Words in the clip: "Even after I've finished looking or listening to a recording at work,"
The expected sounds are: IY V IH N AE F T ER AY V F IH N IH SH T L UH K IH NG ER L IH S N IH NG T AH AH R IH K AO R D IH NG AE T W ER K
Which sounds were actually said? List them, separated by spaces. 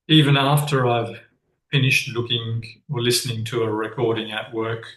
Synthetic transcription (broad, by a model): IY V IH N AE F T ER AY V F IH N IH SH T L UH K IH NG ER L IH S N IH NG T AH AH R IH K AO R D IH NG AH T W ER K